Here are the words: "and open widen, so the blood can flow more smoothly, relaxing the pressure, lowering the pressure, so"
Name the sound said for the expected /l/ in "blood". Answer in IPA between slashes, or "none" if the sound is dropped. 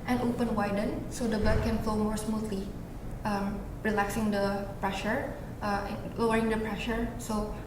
none